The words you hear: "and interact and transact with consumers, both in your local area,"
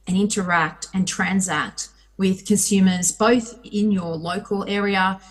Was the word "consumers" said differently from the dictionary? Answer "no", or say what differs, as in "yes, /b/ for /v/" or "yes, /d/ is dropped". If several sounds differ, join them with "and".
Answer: no